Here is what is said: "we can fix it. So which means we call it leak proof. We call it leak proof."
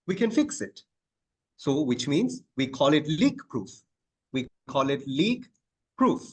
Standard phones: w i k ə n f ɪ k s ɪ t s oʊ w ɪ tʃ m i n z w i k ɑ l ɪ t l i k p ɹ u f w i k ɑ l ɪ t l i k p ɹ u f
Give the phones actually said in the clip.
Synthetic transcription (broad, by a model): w i k ə n f ɪ k s ɪ t s oʊ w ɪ tʃ m i n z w i k ɑ l ɪ t l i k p ɹ u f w i k ɑ l ɪ t l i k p ɹ u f